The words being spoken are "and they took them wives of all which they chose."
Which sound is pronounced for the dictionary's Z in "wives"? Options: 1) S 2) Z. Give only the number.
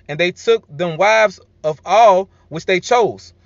2